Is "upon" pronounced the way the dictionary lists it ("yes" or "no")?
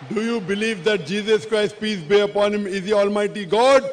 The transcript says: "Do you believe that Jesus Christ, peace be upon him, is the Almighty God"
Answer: yes